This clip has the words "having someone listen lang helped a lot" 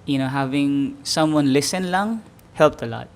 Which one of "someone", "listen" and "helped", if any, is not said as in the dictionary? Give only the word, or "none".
none